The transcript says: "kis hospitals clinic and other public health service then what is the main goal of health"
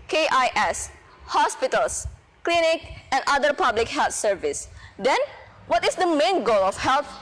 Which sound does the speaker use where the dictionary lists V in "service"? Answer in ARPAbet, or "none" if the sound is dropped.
V